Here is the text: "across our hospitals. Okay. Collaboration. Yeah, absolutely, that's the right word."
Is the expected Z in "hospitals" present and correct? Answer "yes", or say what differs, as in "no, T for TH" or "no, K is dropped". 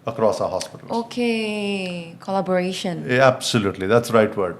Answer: no, Z is dropped